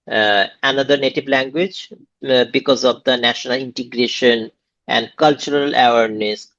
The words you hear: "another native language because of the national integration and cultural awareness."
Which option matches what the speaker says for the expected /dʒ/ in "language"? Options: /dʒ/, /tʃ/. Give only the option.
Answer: /dʒ/